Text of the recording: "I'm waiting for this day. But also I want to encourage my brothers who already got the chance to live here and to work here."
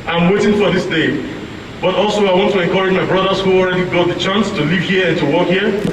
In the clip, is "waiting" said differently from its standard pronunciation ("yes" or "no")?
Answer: no